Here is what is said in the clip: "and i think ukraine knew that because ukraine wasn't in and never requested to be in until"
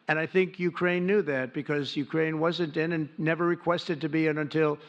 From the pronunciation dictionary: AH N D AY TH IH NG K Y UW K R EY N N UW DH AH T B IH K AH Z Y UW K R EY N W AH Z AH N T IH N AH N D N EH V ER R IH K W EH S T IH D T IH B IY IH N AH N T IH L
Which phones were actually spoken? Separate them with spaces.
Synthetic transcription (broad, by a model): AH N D AY TH IH NG K Y UW K R EY N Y UW DH AH T B IH K AH Z Y UW K R EY N W AH Z AH N T IH N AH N N EH V ER R IH K W EH S T IH D T IH B IY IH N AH N T IH L